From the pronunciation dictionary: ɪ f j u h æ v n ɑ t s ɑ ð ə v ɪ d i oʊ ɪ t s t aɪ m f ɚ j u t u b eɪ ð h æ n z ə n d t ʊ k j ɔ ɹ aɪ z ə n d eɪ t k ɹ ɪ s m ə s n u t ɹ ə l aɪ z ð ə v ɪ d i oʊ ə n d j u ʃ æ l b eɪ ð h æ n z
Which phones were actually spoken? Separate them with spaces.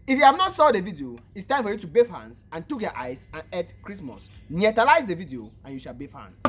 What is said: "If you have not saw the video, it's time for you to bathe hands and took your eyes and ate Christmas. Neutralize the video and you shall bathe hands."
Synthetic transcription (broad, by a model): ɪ f j u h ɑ v n ɑ t s ɑ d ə v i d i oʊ ɪ t s t aɪ m f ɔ j u t u b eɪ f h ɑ n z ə n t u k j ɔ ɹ aɪ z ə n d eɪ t k ɹ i s m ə s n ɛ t ə l aɪ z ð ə v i d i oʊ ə n j u ʃ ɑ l b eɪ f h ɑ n